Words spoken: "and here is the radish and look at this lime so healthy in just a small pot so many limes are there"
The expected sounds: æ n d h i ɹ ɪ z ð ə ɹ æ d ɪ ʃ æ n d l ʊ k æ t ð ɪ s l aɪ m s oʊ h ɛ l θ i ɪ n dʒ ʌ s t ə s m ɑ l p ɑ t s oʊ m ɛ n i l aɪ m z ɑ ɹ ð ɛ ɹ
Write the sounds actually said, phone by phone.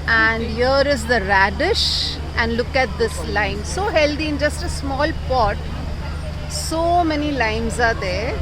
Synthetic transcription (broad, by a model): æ n d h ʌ ɹ ɪ z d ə ɹ æ d ɪ ʃ æ n d l ʊ k æ t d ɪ s l aɪ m s oʊ h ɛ l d i ɪ n dʒ ʌ s t ə s m ɑ l p ɑ t s oʊ m ɛ n i l aɪ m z ɑ ɹ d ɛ ɹ